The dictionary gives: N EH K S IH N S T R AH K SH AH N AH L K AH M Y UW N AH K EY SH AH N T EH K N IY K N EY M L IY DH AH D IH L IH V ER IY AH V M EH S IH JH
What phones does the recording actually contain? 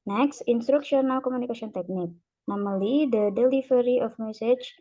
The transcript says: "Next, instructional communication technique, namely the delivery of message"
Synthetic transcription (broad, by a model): N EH K S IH N S T R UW K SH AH N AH L K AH M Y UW N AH K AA S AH N T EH K N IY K N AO M L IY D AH D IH L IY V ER IY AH F M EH S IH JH